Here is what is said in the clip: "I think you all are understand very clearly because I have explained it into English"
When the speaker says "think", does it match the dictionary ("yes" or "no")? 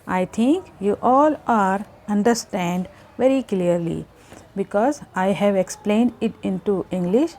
no